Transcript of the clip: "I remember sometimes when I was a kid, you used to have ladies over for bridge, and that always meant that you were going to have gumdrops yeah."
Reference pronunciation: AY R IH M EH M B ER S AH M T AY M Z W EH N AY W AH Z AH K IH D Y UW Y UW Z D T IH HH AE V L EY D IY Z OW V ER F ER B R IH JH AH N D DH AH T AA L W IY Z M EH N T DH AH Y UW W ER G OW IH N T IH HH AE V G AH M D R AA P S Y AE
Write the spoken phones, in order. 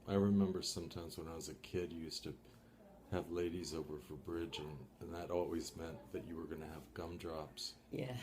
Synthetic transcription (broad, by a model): AY R IH M EH M B ER S AH M T AY M Z W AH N AY W AH Z AH K IH D Y UW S T IH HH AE V L EY D IY Z OW V ER F ER B R IH JH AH N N DH AH T AA L W IY Z M EH N DH AH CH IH W ER G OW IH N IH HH V G AH M D R AA P S Y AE